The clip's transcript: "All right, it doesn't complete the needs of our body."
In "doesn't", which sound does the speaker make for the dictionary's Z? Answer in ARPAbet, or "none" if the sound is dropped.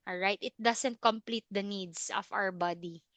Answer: S